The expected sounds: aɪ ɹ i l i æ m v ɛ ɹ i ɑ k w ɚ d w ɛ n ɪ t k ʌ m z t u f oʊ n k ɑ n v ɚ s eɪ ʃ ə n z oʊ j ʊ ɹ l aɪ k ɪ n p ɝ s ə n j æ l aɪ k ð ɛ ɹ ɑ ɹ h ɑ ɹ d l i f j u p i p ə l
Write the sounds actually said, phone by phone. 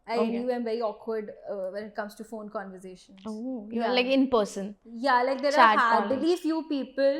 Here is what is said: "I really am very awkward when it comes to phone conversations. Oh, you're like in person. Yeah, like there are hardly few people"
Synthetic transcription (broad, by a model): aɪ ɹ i i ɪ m v ɛ ɹ i ɑ k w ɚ d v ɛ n ɪ t k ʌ m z t u f oʊ n k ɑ n v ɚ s eɪ ʃ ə n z oʊ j l aɪ k ɪ n p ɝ s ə n j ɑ l aɪ k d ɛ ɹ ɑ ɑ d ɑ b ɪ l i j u p i p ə l